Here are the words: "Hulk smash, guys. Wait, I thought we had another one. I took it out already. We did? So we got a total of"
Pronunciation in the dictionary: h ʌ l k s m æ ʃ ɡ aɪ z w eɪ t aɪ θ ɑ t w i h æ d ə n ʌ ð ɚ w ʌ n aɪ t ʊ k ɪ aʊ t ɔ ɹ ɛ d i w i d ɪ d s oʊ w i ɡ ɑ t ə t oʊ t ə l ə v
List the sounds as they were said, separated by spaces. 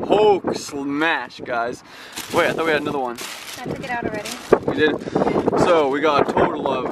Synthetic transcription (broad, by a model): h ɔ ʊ k s m æ ʃ ɡ aɪ z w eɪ aɪ θ ɑ t w i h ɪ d ə n ʌ ð ɚ w ʌ n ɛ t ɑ ɪ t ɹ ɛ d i w i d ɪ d s oʊ w i ɡ ɑ t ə t oʊ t l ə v